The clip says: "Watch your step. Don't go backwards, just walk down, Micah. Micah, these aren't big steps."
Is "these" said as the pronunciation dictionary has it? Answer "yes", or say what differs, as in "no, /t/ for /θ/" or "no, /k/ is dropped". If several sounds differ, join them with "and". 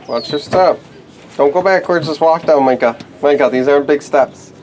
yes